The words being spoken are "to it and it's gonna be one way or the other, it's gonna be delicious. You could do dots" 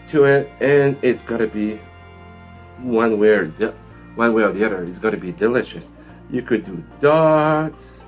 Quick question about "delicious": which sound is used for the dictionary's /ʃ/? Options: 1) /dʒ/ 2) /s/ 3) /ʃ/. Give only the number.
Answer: 3